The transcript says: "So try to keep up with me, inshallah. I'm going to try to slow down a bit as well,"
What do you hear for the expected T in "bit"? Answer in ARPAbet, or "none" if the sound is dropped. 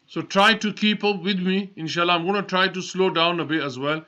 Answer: none